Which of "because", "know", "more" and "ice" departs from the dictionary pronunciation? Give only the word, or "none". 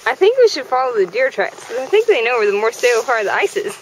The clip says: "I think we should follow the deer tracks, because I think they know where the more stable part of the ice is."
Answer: because